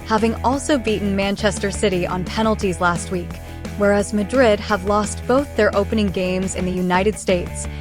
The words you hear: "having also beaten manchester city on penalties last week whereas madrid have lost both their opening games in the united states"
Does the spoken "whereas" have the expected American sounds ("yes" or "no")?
yes